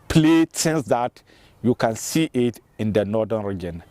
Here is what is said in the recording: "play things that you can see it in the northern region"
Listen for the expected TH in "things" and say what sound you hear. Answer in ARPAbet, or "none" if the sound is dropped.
S